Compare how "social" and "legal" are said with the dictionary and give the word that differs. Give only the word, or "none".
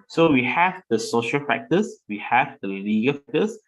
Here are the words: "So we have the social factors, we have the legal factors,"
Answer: none